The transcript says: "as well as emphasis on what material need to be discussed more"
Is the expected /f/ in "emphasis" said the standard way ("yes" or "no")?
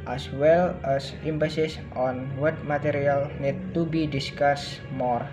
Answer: no